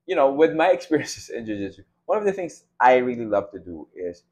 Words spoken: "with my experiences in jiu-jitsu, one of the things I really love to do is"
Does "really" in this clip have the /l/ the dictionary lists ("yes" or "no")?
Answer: yes